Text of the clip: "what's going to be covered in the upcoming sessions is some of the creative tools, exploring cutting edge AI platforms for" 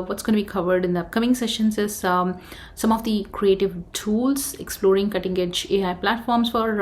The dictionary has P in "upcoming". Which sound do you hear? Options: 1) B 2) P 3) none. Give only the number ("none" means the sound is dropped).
3